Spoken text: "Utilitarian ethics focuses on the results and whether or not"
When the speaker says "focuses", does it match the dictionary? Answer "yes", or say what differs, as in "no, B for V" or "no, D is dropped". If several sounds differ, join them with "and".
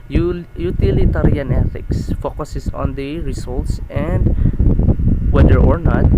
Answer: no, S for Z